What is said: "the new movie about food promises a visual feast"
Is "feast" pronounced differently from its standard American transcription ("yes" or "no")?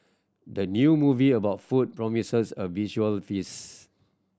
yes